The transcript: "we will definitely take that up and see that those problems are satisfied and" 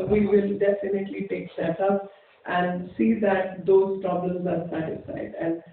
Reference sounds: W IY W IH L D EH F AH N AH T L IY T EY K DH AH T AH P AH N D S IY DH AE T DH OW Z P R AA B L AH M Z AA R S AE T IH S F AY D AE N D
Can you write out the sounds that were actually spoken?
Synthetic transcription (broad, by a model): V IY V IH L D EH F AH N AH T L IY T EY K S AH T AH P AH N D S IY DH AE T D OW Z P R AA B L AH M Z AA R S AE T IH S F AY D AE N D